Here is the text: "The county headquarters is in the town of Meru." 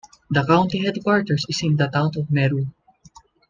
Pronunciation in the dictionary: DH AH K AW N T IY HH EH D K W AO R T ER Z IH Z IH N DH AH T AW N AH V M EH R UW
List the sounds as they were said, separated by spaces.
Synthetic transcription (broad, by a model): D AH K AW N T IY HH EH D K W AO R T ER S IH S IH N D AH T AW N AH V M EH R UW